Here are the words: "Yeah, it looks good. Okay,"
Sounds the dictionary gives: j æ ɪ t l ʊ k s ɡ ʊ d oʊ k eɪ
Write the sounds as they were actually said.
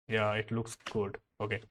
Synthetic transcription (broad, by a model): j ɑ ɪ t l ʊ k s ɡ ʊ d oʊ k eɪ